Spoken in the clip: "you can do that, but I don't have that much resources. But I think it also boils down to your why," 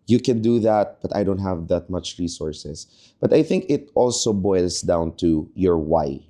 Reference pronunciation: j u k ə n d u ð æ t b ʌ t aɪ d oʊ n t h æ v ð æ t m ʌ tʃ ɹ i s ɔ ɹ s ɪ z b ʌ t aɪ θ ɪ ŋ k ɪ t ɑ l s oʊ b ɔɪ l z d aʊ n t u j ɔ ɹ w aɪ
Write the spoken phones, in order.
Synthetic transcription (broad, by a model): j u k ə n d u ð æ t b ʌ t aɪ d oʊ n t h æ v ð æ t m ʌ tʃ ɹ i s ɔ ɹ s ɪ s b ʌ t aɪ θ ɪ ŋ k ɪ t ɑ l s oʊ b ɔɪ l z d aʊ n t u j ɔ ɹ w aɪ